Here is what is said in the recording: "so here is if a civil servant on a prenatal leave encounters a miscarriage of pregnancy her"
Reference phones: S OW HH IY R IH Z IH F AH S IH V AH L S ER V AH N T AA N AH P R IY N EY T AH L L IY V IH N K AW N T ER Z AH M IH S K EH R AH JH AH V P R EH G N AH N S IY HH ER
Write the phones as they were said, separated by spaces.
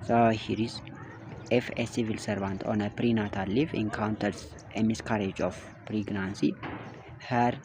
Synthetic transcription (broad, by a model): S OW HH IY R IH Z IH F AH S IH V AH L S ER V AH N T AA N AH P R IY N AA T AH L L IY F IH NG K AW N T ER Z AH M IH S K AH R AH JH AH F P R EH G N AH N S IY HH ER